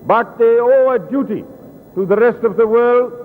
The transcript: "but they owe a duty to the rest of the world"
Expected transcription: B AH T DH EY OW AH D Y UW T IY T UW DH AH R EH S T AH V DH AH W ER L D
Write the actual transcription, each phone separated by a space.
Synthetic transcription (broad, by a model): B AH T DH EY OW AH D Y UW T IY T UW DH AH R EH S T AH V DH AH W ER L D